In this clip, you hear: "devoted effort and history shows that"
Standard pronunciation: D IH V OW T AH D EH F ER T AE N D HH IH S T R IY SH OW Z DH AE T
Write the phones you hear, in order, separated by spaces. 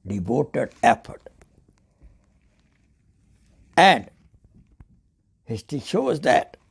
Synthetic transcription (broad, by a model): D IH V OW T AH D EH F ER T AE N D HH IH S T IY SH OW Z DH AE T